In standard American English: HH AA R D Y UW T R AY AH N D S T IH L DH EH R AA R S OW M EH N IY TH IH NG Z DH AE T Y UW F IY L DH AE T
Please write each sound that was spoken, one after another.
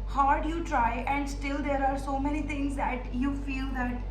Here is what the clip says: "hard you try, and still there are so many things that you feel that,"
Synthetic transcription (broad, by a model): HH AA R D Y UW T R AY AH N D S T IH L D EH R AA R S OW M EH N IY T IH NG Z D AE T Y UW F IY L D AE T